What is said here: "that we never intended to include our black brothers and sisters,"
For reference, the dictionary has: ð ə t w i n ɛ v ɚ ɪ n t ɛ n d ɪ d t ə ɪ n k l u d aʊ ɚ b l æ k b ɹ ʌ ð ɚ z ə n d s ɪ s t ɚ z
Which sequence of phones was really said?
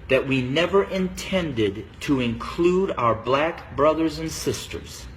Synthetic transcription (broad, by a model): ð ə t w i n ɛ v ɚ ɪ n t ɛ n d ɪ d t ə ɪ n k l u d aʊ ɚ b l æ k b ɹ ʌ ð ɚ z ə n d s ɪ s t ɚ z